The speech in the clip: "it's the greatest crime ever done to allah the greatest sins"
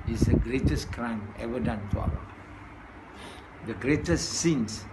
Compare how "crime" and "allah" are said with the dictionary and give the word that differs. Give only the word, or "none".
allah